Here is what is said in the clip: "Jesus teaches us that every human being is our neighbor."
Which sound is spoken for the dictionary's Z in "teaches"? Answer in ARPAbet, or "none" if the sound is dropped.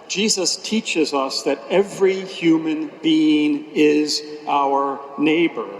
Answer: Z